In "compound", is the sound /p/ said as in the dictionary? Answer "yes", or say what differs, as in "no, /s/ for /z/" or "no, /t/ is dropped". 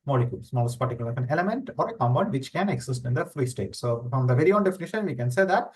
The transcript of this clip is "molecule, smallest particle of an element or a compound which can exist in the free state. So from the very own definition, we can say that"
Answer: no, /b/ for /p/